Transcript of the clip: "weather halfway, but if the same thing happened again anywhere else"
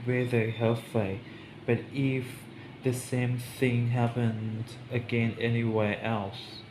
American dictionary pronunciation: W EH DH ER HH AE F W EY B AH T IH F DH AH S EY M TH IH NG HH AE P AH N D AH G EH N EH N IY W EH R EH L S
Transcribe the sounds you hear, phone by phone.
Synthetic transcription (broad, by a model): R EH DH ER HH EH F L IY B AH T IH F DH AH S EY M TH IH NG HH AE P AH N D AH G EH N EH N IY W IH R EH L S